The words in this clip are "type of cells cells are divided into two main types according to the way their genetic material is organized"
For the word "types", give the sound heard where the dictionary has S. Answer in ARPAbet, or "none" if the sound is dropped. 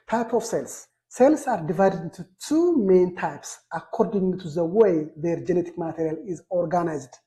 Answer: S